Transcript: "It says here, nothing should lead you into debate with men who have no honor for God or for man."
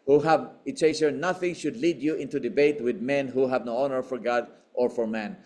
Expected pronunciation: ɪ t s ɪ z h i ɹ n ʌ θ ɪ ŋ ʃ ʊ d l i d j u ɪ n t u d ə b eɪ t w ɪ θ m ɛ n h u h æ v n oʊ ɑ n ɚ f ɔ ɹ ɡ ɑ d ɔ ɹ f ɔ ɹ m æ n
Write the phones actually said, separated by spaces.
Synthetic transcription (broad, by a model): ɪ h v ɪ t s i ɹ n ʌ θ ɪ ŋ ʃ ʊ d l i d j u ɪ n t u d ə b eɪ t w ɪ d m ɛ n h u h æ v n oʊ ɑ n ɚ f ɔ ɹ ɡ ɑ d ɔ ɹ f ɔ ɹ m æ n